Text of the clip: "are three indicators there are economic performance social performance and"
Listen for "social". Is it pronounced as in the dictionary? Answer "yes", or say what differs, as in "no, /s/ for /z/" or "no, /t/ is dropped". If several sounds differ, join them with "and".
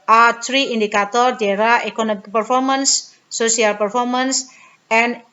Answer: no, /ʃ/ is dropped